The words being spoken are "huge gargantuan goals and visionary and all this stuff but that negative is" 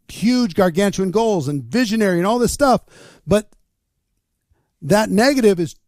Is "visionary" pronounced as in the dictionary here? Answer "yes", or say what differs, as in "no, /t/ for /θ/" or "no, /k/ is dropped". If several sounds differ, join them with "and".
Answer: yes